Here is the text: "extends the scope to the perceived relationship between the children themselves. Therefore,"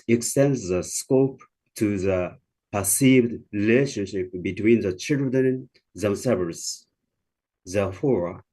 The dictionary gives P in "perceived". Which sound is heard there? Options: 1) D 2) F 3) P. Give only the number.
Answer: 3